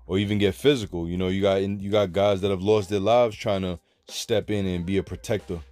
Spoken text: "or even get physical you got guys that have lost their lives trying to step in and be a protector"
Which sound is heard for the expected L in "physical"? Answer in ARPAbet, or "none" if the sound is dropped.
N